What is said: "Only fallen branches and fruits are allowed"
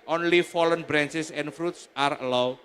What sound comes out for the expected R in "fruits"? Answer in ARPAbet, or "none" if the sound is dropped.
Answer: R